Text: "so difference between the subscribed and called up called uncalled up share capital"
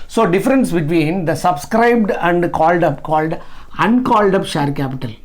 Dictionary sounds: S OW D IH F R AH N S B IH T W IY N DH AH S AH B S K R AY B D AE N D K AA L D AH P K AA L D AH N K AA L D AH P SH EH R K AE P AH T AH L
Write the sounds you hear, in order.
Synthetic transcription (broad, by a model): S OW D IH F R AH N S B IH T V IY N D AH S AH B S K R AY B D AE N D K AA L D AH P K AA L D AH N K AA L D AH P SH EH R K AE P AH T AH L